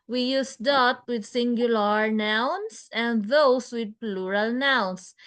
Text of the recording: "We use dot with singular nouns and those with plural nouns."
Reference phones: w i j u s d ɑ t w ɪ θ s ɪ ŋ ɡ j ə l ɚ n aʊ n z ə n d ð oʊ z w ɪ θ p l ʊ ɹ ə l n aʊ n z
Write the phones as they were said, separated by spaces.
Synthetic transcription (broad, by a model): w i j u s d ɑ t w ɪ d s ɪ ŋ ɡ j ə l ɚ n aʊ n s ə n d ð oʊ s w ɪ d p l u ɹ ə l n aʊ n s